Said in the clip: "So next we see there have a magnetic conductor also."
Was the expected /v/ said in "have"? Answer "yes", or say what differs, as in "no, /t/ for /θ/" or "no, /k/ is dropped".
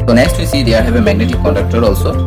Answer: no, /b/ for /v/